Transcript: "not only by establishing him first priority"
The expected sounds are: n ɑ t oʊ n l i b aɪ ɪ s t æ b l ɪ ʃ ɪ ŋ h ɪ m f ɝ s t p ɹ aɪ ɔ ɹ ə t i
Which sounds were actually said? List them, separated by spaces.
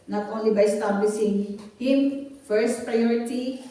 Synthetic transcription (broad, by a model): n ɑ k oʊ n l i b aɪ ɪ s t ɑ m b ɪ s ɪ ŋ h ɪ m f ɝ s t p ɹ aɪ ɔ ɹ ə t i